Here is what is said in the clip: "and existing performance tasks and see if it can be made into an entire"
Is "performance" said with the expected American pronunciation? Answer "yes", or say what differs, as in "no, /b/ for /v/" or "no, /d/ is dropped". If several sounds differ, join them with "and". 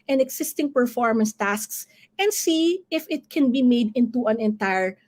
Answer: yes